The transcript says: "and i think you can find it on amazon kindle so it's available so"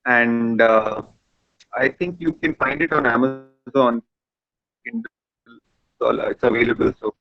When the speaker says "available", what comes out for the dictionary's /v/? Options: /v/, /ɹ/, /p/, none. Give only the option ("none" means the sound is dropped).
/v/